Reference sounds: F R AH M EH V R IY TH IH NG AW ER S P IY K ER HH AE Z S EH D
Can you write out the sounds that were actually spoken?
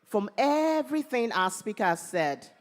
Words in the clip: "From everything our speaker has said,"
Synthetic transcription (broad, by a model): F R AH M EH V R IY TH IH NG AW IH S P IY K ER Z S EH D